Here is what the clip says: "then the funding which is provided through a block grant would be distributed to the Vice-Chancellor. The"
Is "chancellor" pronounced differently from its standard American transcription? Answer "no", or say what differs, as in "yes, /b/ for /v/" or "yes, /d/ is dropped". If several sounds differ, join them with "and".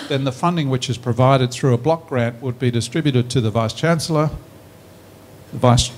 no